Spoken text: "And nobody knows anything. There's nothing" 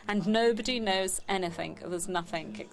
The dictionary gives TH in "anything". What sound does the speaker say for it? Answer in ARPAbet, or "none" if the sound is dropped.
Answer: TH